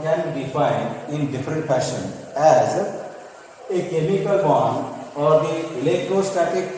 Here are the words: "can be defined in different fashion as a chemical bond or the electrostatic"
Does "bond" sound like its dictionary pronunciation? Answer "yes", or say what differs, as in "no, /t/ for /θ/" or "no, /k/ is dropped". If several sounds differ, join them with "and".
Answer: no, /d/ is dropped